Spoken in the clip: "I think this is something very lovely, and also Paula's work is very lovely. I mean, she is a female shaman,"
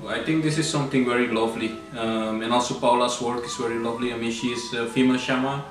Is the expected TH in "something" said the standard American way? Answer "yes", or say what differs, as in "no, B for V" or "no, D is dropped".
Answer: no, T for TH